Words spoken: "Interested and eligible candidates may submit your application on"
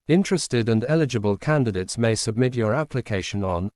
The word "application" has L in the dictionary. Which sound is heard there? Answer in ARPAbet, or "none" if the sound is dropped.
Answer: L